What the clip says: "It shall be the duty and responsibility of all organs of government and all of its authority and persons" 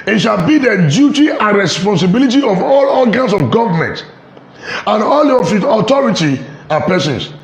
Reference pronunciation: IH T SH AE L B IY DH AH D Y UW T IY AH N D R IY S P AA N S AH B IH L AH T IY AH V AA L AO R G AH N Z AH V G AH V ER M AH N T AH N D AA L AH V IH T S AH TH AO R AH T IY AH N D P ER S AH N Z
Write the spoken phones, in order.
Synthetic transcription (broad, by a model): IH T SH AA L B IY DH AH D Y UW T IY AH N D R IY S P AA N S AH B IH L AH T IY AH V AA L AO L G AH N S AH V G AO V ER M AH N T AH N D AA L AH F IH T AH T AO R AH T IY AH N P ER S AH N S